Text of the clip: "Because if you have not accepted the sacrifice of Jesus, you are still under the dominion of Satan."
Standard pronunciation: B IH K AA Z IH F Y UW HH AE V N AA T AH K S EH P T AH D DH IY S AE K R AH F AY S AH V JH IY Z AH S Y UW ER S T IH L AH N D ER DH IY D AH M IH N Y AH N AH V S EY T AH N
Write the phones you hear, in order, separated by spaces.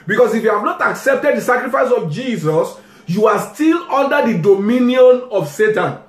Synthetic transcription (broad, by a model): B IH K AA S IH F Y UW HH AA V N AA T AH K S EH P T AH D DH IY S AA K R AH F AY S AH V JH IY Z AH S Y UW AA S T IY L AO N D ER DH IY D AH M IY N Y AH N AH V S EY T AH N